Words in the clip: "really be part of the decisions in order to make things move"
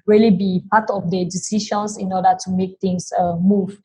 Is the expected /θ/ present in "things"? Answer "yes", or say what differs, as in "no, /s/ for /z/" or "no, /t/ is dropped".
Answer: no, /t/ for /θ/